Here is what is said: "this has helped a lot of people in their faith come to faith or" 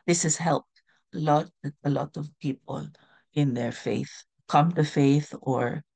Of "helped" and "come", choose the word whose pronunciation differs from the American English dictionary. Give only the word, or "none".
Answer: none